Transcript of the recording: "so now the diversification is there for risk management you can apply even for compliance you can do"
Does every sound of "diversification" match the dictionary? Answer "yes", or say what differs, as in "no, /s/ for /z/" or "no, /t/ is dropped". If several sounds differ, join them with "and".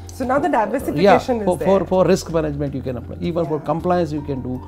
no, /k/ is dropped